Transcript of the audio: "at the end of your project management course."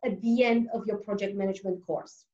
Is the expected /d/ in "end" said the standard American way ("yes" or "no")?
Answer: yes